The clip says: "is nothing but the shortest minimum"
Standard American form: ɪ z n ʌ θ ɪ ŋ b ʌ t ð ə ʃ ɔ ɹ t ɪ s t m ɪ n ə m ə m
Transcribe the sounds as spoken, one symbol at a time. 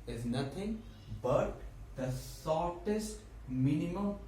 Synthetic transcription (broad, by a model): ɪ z n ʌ t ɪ ŋ b ʌ t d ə s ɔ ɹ t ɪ s t m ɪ n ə m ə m